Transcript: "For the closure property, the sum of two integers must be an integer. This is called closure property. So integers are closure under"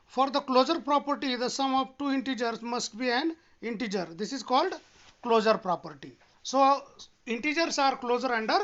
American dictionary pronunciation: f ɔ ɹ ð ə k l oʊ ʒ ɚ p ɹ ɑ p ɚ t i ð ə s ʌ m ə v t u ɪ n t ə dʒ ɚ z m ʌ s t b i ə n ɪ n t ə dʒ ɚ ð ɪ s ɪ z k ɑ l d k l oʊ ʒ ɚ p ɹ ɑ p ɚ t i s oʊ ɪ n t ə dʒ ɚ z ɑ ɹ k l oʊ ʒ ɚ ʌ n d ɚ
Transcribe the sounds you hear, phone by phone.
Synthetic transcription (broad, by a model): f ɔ ɹ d ə k l oʊ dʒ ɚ p ɹ ɑ p ɚ t i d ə s ʌ m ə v t u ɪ n t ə dʒ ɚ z m ʌ s t b i ə n ɪ n t ə dʒ ɚ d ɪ s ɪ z k ɑ l d k l oʊ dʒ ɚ p ɹ ɑ p ɚ t i s oʊ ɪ n t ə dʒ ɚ s ɑ ɹ k l oʊ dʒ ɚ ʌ n d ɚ